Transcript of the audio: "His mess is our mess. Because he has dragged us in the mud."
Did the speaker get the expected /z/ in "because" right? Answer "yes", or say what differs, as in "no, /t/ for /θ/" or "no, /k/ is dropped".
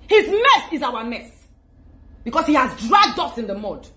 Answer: no, /s/ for /z/